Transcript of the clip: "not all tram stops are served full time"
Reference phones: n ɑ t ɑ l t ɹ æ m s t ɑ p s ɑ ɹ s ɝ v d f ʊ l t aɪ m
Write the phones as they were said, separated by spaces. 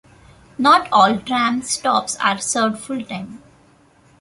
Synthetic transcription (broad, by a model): n ɑ t ɑ l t ɹ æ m s t ɑ p s ɑ ɹ s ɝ d f ʊ l t aɪ m